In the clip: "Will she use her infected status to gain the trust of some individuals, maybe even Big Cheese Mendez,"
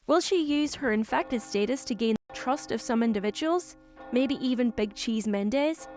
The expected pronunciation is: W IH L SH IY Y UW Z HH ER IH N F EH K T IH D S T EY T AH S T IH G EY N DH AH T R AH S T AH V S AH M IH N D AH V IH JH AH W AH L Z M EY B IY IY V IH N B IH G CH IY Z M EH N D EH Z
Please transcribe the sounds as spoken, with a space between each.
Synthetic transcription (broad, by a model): W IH L SH IY Y UW Z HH ER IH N F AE K T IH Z S T EY T AH S T IH G EY N DH AH T R AH S T AH V S AH M IH N D AH V IH JH AH W AH L Z M EY B IY IY V IH N B IH G CH IY Z M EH N D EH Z